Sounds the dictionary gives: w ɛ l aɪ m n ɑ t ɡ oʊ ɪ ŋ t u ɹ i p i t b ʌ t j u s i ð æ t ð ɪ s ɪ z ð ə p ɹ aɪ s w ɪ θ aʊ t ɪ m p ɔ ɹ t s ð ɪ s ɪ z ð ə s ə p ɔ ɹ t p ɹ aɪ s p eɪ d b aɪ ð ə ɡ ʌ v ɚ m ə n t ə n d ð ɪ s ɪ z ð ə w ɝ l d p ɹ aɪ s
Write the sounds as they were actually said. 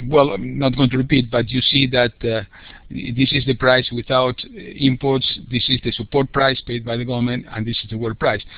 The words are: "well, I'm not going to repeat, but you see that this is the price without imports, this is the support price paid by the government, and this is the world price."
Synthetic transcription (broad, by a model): w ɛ l n ɑ t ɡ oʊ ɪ t u ɹ i p i t b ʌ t j u s i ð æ t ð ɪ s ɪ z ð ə p ɹ aɪ s w ɪ θ aʊ t ɪ m p ɔ ɹ t s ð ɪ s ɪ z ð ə s ə p ɔ ɹ t p ɹ aɪ s p eɪ d b aɪ ð ə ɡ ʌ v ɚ m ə n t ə n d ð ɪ s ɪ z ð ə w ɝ d p ɹ aɪ s